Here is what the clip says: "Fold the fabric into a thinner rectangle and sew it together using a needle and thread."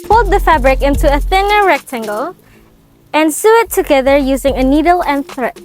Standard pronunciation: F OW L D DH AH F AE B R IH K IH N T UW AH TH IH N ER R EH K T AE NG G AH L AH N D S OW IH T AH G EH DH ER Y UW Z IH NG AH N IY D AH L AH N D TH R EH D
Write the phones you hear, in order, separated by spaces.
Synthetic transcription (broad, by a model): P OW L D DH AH F AE B R IH K IH N T UW AH TH IH N ER R EH K T AE NG G AH L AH N S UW IH T AH G EH DH ER Y UW Z IH NG AH N IY D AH L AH N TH R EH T